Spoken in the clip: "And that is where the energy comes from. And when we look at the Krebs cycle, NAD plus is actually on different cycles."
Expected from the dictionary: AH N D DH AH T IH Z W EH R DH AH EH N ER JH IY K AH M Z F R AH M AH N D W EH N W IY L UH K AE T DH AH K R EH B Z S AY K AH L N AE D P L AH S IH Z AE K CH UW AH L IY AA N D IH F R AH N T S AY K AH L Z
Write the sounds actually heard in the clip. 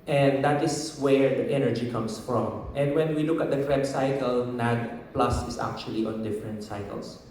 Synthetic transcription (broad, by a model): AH N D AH T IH S W EH R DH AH EH N ER JH IY K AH M S F R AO M AH N D W EH N W IY L UH K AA T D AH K R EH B S AY K AH L N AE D P L AH S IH S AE K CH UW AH L IY AA N D IH F R AH N T S AY K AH L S